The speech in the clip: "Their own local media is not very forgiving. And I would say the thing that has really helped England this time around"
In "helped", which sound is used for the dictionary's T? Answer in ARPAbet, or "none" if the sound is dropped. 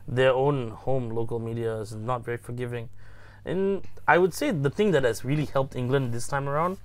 T